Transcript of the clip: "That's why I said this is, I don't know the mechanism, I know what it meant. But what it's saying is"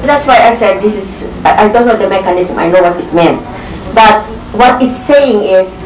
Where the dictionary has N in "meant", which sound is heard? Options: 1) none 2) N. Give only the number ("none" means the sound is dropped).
2